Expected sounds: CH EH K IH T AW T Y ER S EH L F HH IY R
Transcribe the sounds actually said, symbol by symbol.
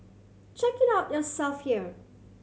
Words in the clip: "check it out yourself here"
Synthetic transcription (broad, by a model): CH EH K IH T AW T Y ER S EH L F HH IY R